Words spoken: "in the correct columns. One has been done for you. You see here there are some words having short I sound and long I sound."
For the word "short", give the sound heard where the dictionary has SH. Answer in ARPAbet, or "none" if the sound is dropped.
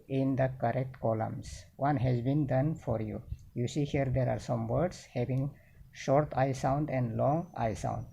SH